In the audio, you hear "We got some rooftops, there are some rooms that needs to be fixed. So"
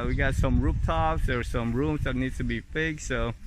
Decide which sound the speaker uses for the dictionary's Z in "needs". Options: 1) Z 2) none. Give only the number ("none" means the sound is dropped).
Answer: 2